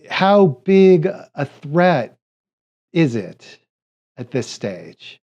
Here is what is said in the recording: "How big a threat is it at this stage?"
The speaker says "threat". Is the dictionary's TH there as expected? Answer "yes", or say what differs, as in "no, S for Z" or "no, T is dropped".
yes